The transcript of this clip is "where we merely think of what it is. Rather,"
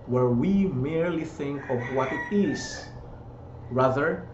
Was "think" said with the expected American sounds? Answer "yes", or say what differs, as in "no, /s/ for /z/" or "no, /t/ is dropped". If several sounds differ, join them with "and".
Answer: yes